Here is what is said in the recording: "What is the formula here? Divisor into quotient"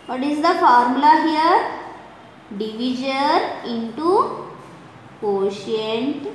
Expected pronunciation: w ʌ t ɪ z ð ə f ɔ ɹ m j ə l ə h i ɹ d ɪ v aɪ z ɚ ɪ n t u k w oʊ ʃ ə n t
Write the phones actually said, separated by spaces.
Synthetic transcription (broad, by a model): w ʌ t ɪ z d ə f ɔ ɹ m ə l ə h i ɹ d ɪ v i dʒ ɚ ɪ n t u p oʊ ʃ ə n t